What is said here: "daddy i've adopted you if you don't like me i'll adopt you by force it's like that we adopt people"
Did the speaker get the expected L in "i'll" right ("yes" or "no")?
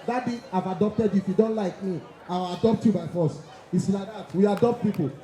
no